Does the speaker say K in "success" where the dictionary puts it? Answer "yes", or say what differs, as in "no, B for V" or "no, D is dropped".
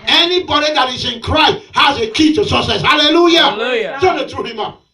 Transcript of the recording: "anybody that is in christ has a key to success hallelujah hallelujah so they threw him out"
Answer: no, K is dropped